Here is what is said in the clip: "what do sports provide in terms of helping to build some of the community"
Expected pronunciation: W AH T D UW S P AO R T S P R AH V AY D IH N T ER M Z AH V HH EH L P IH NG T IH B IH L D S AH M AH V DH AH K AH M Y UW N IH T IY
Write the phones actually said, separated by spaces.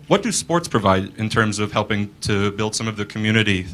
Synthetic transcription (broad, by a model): W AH T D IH S P AO R T S P R AH V AY D IH N T ER M Z AH V HH EH L P IH NG T IH B IH L D S AH M AH V DH AH K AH M Y UW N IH T IY